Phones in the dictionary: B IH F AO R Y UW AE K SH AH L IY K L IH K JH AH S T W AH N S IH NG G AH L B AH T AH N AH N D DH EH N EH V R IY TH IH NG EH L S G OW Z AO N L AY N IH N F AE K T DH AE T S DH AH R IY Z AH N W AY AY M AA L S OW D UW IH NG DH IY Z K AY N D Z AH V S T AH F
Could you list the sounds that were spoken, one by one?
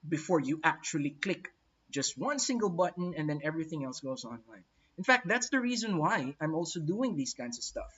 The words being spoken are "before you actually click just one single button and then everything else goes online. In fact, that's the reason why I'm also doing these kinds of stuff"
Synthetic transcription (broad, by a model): B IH F AO R Y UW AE K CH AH L IY K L IH K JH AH S T W AH N S IH NG G AH L B AH T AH N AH N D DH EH N EH V R IY TH IH NG EH L S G OW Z AO N L AY N IH N F AE K T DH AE T S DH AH R IY Z AH N W AY AY M AA L S OW D UW IH NG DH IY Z K AY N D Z AH V S T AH F